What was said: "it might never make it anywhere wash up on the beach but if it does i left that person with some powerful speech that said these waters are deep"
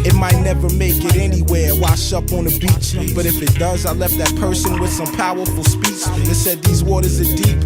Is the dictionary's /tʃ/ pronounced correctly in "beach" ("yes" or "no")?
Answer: yes